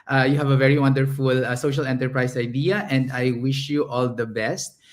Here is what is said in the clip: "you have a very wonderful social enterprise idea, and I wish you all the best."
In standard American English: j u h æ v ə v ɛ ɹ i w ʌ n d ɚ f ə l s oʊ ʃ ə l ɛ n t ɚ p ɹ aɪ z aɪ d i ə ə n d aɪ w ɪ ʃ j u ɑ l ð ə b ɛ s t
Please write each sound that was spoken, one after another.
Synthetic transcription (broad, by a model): j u h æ v ə v ɛ ɹ i w ʌ n d ɚ f ə l s oʊ ʃ ə l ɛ n t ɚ p ɹ aɪ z aɪ d i ə ə n d aɪ w ɪ ʃ j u ɑ l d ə b ɛ s t